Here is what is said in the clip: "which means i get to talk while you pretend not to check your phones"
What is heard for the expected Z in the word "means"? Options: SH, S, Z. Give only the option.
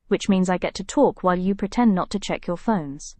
Z